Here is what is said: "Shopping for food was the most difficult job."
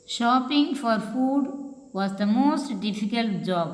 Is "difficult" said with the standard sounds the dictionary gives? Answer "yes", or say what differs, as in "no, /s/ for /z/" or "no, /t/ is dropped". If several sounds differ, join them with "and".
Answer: yes